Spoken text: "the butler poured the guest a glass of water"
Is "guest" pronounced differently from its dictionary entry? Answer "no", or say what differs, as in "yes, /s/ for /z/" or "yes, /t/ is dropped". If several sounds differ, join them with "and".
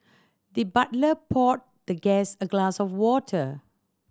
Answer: yes, /t/ is dropped